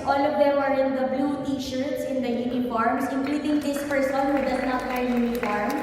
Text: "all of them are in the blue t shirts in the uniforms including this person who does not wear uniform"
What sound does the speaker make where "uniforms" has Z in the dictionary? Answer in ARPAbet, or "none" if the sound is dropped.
S